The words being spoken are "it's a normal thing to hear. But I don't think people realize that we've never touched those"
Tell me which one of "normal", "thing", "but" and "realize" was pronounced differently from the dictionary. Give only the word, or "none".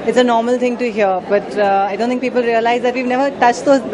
thing